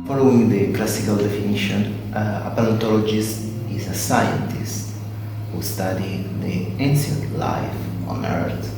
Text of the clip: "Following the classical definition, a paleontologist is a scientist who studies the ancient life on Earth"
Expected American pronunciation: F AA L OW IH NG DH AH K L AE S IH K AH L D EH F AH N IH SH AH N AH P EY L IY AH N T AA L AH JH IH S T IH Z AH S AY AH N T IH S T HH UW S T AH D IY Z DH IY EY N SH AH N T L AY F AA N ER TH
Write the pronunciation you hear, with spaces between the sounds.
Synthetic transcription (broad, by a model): F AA L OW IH NG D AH K L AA S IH K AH L D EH F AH N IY SH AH N AH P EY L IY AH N T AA L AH JH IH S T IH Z AH S AY AH N T IH S T HH UW S T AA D IY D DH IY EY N S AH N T L AY F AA N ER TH